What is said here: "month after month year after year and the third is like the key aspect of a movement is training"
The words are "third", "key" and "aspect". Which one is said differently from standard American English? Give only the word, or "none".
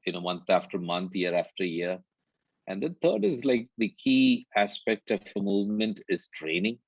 third